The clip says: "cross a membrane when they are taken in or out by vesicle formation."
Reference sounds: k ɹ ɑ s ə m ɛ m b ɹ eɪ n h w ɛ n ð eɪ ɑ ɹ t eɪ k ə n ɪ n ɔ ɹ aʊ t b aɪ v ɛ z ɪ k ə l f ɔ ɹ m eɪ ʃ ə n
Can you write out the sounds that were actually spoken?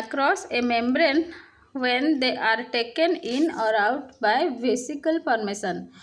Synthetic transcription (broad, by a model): k ɹ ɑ s ə m ɛ m b ɹ eɪ n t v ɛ n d eɪ ɑ ɹ t eɪ k ə n ɪ n ɔ ɹ aʊ t b aɪ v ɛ s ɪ k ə l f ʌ ɹ m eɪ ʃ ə n